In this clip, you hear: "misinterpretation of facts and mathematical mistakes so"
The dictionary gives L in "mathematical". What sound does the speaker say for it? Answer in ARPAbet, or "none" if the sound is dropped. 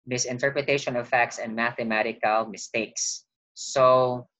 L